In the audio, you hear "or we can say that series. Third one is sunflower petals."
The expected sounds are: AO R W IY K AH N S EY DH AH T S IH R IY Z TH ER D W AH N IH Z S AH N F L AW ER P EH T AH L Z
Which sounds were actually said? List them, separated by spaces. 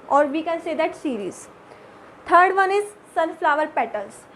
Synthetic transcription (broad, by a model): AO R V IY K AH N S EY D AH T S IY R IY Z T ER D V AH N IH Z S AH L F L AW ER P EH T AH L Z